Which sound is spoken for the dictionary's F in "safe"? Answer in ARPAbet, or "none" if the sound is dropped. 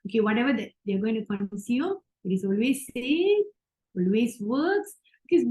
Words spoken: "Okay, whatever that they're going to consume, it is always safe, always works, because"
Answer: none